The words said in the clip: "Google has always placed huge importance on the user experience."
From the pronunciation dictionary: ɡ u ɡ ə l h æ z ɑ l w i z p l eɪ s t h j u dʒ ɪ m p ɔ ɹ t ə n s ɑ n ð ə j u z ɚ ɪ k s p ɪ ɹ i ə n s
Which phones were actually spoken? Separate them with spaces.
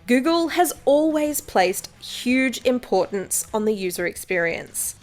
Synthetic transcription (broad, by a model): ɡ u ɡ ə l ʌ z ɑ l w i z p l eɪ s t h j u dʒ ɪ m p ɔ ɹ t n s n ð ə j u z ɚ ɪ k s p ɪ ɹ i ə n s